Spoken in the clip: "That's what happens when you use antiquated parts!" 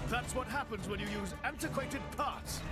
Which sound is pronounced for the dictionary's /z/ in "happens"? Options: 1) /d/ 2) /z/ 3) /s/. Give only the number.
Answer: 2